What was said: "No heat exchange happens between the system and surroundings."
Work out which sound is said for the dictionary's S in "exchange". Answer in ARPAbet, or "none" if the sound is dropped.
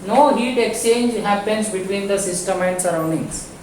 S